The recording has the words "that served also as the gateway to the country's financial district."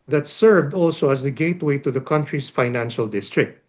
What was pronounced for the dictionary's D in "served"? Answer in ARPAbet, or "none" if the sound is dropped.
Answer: D